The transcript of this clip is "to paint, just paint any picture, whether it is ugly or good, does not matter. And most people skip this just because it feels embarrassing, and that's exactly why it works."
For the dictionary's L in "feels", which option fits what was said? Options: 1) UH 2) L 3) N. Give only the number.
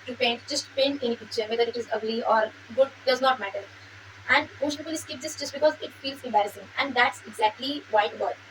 2